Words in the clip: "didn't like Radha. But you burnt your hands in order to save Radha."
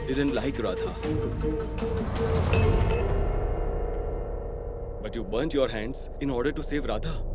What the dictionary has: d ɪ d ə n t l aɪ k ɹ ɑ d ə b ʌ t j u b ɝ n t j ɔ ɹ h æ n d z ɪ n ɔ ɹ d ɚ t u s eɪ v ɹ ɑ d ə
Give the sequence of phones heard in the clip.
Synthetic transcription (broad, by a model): d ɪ d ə n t l aɪ k ɹ ɑ d ə b ʌ t j u b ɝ n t j ɔ ɹ h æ n d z ɪ n ɔ ɹ d ɚ t u s eɪ v ɹ ɑ d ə